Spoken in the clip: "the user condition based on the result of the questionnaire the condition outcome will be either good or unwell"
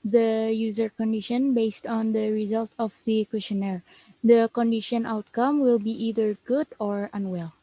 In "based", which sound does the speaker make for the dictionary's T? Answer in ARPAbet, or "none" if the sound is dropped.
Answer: T